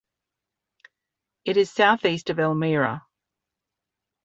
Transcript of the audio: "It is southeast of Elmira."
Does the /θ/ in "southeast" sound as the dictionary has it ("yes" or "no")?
yes